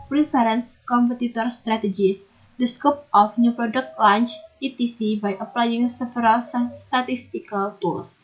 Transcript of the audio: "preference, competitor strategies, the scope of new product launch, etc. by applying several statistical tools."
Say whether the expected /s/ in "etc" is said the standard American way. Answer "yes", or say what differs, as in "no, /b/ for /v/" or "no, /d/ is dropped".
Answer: no, /s/ is dropped